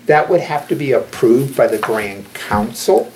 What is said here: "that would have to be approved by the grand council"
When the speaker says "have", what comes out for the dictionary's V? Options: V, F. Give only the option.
F